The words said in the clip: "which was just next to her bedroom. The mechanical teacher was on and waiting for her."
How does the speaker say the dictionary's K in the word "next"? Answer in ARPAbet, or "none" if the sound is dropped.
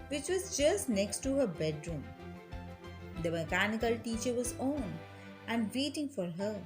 K